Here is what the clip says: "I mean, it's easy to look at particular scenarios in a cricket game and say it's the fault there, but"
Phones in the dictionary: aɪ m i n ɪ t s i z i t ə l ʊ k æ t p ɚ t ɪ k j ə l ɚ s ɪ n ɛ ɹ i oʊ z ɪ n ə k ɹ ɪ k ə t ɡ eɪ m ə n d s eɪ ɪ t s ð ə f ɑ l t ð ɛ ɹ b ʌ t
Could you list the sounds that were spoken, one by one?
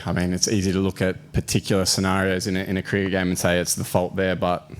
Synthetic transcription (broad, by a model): aɪ m i n ɪ t s i z i t ə l ʊ k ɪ t p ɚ t ɪ k j l ɚ s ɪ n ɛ ɹ i oʊ z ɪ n ə k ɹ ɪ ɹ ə ɡ eɪ m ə n s eɪ ɪ t s ð ə f ɑ l t ð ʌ ɹ b ʌ t